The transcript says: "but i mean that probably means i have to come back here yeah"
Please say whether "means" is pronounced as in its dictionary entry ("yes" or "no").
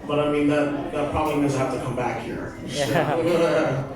no